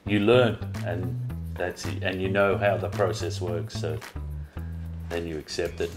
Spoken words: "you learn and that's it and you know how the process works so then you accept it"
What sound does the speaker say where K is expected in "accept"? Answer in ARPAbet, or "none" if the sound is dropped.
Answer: K